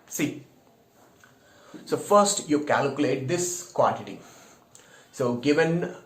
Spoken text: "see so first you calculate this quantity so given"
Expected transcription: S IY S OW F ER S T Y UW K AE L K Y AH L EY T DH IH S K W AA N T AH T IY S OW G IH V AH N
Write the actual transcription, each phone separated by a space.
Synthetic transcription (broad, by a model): S IY S OW F ER S T Y UW K AE L K Y AH L EY T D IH S K W AA N T AH T IY S OW G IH V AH N